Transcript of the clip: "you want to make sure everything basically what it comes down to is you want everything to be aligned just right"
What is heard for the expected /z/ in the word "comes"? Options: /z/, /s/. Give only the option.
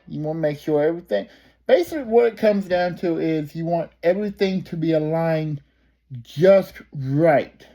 /z/